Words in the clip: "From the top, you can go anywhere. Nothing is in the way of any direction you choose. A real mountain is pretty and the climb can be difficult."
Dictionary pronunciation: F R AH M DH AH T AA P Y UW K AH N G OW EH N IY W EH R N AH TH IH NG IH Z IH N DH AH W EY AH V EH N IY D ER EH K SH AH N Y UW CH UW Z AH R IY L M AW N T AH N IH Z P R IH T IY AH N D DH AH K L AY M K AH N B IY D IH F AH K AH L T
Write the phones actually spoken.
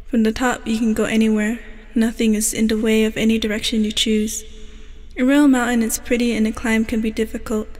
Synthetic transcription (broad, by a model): F R AH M DH AH T AA P Y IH K AH N G OW EH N IY W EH R N AH TH IH NG IH Z IH N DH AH W EY AH V EH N IY D ER EH K SH AH N Y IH CH UW Z AH R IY L M AW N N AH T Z P R IH T IY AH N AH K L AY M K AH N B IY D IH F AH K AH L T